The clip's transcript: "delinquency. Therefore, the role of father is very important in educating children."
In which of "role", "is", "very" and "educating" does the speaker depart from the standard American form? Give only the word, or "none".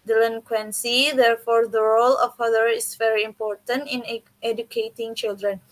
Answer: is